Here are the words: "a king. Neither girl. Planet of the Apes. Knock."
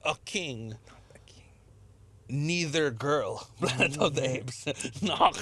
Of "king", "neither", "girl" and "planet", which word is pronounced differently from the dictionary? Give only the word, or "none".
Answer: planet